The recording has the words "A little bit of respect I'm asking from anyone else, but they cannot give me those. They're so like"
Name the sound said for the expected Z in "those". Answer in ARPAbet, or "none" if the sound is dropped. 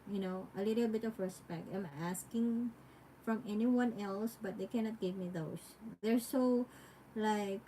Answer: S